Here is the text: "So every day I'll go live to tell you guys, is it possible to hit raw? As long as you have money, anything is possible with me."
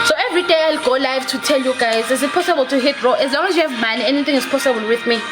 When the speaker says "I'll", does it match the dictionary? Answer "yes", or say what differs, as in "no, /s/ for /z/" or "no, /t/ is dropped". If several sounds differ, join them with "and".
yes